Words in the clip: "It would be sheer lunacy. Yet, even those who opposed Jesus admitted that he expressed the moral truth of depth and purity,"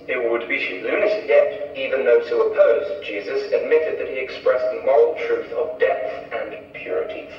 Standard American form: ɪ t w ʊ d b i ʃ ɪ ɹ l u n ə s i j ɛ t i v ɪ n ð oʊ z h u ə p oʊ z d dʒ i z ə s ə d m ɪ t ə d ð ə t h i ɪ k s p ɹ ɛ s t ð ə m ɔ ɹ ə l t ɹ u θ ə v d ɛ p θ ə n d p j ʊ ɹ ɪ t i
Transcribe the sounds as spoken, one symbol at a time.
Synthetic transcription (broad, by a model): ɪ t w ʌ d b i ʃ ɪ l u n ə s j ɛ t i v ɪ n ð oʊ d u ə p oʊ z dʒ i z ə s ə d m ɪ t ə d ð ə t h i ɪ k s p ɹ ɛ s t ð ə m ɔ ɹ l t ɹ u θ ə v d ɛ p θ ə n p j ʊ ɹ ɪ t i